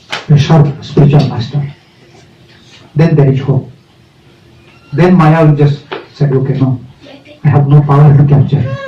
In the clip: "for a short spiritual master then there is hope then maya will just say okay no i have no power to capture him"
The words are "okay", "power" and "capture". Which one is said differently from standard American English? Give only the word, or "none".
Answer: capture